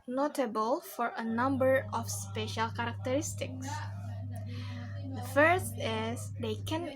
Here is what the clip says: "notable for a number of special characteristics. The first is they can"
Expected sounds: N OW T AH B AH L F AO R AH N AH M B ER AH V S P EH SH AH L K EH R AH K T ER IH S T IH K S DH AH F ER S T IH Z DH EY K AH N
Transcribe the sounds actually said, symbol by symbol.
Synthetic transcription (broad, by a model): N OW T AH B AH L F AO R AH N AH M B ER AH F S P EH SH AH L K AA R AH K T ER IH S T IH K S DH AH F ER S T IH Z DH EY K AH N